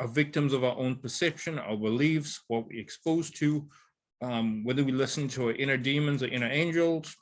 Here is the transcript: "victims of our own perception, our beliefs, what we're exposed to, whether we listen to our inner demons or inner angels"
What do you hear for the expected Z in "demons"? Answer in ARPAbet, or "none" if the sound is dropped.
Z